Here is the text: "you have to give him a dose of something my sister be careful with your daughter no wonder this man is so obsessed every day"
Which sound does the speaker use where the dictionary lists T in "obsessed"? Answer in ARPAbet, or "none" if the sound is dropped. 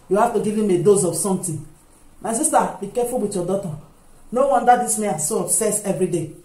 none